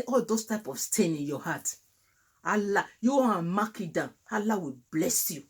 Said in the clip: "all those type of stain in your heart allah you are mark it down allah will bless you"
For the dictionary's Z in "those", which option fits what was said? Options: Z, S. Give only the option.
S